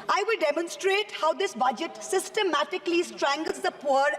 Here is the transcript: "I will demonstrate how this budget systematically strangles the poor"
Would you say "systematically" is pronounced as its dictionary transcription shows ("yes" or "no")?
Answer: yes